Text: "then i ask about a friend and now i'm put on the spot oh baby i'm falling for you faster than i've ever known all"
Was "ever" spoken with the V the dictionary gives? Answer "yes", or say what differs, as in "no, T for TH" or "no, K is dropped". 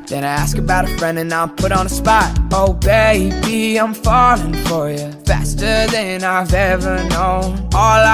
yes